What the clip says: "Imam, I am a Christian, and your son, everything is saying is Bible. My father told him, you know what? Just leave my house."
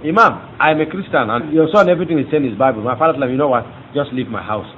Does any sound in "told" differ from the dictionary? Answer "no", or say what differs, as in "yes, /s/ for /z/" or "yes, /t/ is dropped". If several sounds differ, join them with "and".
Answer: yes, /d/ is dropped